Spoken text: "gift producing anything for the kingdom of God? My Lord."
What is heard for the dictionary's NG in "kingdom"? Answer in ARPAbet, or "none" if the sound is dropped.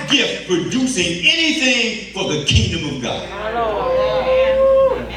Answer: NG